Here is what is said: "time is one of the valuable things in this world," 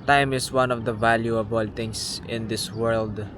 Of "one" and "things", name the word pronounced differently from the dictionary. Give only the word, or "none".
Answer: things